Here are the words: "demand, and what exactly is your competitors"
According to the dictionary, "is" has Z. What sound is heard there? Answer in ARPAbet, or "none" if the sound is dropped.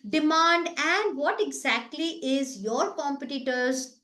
Z